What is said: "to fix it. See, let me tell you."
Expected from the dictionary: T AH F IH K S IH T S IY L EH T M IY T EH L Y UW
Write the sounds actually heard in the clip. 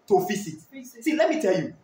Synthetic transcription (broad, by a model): T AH F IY S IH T S IY L EH T M IY T EH L Y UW